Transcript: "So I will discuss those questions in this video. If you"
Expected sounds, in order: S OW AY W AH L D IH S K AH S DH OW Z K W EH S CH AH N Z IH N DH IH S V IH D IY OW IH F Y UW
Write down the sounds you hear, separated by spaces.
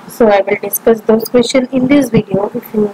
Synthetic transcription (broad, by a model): S OW AY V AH L D IH S K AH S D OW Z K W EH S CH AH N IH N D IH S V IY D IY OW IH F Y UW